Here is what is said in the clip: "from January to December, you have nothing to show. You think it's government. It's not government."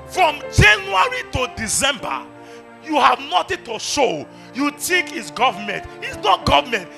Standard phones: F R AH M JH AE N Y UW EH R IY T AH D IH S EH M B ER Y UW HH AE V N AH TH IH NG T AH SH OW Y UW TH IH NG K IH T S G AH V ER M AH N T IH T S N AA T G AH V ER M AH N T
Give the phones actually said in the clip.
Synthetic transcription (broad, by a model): F R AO M JH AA N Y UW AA R IY T AH D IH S EH M B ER Y UW HH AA V N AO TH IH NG T AH SH OW Y UW T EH K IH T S G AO V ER M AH N T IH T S N AA T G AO V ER M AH N T